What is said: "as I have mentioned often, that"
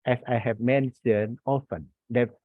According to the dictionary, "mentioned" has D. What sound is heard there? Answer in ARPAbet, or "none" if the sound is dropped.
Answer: none